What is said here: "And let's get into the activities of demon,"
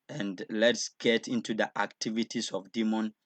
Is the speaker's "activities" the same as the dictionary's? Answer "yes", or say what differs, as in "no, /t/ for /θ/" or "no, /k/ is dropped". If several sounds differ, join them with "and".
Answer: no, /s/ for /z/